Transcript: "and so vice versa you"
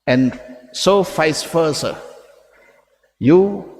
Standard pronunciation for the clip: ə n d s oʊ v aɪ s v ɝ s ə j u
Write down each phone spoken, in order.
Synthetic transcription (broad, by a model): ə n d s oʊ f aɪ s f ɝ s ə j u